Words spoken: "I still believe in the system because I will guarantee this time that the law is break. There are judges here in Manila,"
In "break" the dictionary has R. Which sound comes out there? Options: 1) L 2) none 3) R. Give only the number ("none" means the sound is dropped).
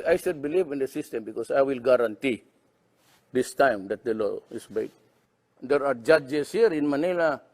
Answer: 2